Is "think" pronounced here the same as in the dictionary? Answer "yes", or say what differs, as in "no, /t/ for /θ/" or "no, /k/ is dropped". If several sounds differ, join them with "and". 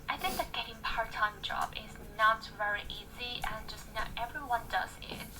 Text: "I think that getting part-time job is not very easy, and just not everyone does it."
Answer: yes